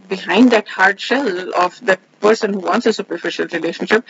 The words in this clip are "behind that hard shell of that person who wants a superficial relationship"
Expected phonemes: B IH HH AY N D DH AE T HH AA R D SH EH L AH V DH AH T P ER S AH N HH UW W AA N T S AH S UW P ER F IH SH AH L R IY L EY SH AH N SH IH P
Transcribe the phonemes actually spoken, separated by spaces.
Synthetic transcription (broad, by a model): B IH HH AY N D DH AE T HH AA R D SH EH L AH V DH AH T P ER S AH N HH UW W AA N T S AH S UW P ER F IH SH AH L R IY L EY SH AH N SH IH P